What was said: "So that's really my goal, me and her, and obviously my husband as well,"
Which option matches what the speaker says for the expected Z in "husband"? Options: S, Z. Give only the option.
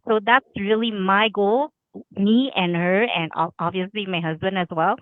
Z